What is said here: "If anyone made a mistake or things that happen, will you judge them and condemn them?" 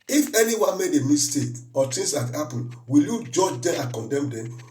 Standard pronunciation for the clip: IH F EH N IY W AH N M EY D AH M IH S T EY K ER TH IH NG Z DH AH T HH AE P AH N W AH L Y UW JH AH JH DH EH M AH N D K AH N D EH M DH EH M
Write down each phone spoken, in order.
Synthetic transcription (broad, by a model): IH F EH N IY W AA N M EY D AH M IH S T EY K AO T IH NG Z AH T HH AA P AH N W AH L Y UW JH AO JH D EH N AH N K AH N D EH M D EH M